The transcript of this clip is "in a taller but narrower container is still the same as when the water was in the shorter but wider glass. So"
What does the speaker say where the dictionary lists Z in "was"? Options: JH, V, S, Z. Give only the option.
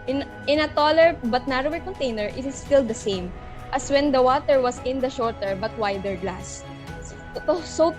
S